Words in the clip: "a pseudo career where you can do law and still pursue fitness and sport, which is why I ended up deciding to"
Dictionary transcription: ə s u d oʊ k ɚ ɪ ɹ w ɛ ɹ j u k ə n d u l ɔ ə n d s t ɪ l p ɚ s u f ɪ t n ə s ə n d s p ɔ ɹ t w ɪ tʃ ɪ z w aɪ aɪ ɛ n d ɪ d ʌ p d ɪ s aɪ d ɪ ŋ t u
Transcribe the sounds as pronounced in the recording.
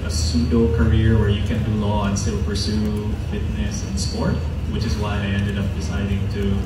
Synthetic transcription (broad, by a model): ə s u d oʊ k ɚ ɪ ɹ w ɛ ɹ j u k ə n d u l ɔ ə n s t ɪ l p ɚ s u f ɪ t n ə s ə n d s p ɔ ɹ t w ɪ tʃ ɪ z w aɪ aɪ ɛ n d ɪ d ʌ p d ɪ s aɪ d ɪ ŋ t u